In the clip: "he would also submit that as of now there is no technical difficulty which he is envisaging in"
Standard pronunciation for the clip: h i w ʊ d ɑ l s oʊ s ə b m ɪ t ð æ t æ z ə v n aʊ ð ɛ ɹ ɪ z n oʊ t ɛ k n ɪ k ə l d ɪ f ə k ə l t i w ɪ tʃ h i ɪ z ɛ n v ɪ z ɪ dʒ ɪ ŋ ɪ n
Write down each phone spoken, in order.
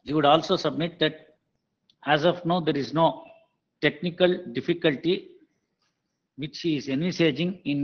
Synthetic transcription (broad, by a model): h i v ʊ d ɑ l s oʊ s ə b m ɪ t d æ t æ z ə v n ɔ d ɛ ɹ ɪ z n oʊ t ɛ k n ɪ k ə l d ɪ f ə k ə l t i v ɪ tʃ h i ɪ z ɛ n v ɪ s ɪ dʒ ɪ ŋ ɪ n